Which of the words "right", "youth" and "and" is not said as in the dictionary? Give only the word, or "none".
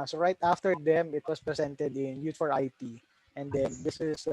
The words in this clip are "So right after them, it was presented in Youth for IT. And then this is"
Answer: youth